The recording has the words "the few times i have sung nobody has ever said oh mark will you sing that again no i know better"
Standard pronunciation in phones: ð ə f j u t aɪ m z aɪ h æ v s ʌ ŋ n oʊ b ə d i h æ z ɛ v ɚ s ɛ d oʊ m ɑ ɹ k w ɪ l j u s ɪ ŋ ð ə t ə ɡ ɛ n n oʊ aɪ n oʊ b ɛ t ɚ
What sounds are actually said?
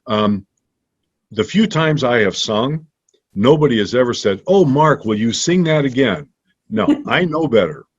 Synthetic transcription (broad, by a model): ð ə f j u t aɪ m z aɪ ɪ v s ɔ ŋ n oʊ b ə d i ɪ z ɛ v ɚ s ɛ d oʊ m ɑ ɹ k w ɪ l j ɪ s ɪ ŋ ð ə t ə ɡ ɛ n n oʊ aɪ n oʊ b ɛ t ɚ